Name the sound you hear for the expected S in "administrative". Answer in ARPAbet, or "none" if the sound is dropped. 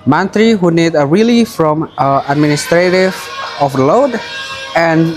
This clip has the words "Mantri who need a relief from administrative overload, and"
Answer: S